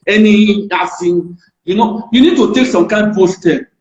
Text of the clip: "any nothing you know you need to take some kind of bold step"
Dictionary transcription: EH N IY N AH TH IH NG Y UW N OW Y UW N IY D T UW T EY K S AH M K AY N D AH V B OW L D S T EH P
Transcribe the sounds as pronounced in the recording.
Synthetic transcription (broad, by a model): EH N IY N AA F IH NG Y UW N OW Y UW N IY D T UW T EY K S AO M K AY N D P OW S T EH